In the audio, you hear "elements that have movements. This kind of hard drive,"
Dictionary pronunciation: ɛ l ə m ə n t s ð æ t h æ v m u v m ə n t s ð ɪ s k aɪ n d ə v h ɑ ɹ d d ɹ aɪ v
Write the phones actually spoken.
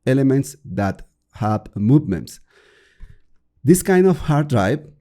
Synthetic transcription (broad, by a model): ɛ l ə m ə n t s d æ t h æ b m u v m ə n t s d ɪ s k aɪ n d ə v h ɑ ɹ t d ɹ aɪ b